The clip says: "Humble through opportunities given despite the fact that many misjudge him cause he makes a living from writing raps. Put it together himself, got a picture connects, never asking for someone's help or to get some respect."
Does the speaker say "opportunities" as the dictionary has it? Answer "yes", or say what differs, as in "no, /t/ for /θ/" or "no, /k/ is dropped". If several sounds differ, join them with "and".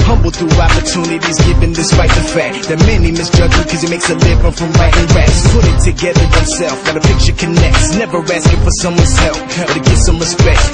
yes